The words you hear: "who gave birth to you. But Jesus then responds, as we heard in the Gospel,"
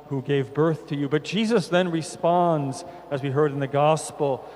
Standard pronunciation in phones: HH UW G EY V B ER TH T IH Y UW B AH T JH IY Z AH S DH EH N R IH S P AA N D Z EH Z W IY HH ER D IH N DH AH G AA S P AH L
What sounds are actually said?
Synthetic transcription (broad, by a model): HH UW G EY V B ER TH T IH Y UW B AH T JH IY Z AH S DH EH N R IH S P AA N D Z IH Z W IY HH ER D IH N DH AH G AA S P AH L